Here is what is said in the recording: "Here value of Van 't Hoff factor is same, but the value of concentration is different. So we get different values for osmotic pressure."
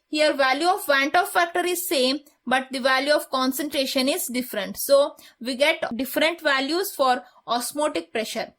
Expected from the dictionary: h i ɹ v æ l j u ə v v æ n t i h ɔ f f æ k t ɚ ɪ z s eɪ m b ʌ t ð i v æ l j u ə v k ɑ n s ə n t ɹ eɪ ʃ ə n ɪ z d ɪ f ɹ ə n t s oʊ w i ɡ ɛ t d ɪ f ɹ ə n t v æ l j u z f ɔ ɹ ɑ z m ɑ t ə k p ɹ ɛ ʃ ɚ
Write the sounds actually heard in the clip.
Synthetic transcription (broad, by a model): h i ɹ v æ l j u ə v v æ n t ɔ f f æ k t ɚ ɪ z s eɪ m b ʌ t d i v æ l j u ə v k ɑ n s ə n t ɹ eɪ ʃ ə n ɪ z d ɪ f ɹ ə n t s oʊ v i ɡ ɛ t d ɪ f ɹ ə n t v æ l j u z f ɔ ɹ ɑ s m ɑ t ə k p ɹ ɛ ʃ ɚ